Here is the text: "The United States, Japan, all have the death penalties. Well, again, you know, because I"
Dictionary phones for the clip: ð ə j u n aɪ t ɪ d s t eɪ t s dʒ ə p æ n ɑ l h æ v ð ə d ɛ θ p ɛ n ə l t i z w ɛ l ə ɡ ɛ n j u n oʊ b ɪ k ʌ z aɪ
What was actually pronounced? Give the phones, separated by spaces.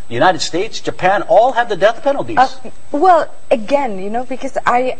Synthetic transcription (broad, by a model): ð j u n aɪ t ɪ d s t eɪ t s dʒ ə p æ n ɑ l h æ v ð ə d ɛ θ p ɛ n l t i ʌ w ɛ l ə ɡ ɛ n j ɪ n oʊ b ɪ k ʌ z aɪ